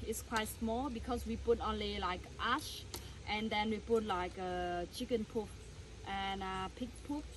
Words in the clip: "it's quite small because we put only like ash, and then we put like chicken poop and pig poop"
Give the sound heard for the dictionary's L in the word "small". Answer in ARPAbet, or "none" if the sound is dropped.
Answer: L